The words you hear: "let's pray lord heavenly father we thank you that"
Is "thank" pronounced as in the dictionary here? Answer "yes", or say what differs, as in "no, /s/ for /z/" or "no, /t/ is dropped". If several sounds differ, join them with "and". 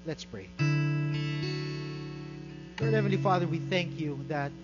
yes